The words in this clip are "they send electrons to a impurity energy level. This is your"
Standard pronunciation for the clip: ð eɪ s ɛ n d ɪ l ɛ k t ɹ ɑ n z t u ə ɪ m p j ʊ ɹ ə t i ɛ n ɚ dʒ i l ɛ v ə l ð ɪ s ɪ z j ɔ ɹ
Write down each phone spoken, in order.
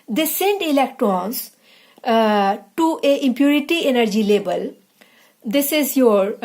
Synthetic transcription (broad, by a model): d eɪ s ɛ n d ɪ l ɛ k t ɹ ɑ n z t u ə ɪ m p j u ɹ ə t i ɛ n ɚ dʒ i l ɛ b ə l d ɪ s ɪ z j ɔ ɹ